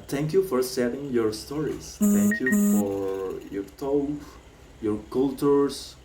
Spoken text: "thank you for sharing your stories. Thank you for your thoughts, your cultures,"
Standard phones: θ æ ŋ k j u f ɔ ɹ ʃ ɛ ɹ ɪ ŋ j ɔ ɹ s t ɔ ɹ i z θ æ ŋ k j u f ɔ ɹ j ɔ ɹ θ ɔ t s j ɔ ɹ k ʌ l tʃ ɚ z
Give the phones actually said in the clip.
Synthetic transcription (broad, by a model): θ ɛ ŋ k j u f ɔ ɹ s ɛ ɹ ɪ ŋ j ɔ ɹ s t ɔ ɹ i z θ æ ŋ k j u f ɔ ɹ j ɔ ɹ t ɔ j ɔ ɹ k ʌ l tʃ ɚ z